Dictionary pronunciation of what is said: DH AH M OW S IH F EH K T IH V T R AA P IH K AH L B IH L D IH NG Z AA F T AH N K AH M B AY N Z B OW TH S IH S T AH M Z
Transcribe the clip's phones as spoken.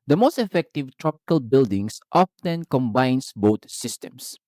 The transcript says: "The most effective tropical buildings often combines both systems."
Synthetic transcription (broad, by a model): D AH M OW S IH F EH K T IH V T R AA P IH K AH L B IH L D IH NG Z AA F T AH N K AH M B AY N S B OW T S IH S T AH M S